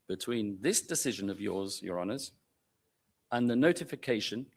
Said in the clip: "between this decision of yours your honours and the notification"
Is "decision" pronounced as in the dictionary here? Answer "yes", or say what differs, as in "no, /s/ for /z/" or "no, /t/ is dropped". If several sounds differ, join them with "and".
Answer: yes